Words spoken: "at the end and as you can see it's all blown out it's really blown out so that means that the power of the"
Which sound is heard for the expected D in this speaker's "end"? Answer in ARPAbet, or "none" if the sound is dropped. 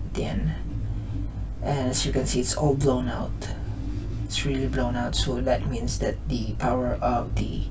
none